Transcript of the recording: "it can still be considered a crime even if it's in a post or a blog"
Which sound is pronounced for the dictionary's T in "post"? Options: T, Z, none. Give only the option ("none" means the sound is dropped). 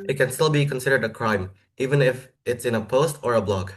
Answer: T